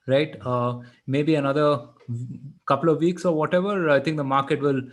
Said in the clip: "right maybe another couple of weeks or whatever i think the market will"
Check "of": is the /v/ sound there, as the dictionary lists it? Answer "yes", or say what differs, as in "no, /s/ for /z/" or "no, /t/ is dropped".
yes